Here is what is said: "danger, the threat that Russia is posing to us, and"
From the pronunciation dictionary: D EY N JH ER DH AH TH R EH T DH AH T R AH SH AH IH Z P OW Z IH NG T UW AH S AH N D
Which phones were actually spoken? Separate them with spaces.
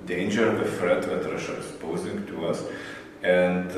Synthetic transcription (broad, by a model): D EY N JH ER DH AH F R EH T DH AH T R AH SH AH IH S P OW Z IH NG T UW AH S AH N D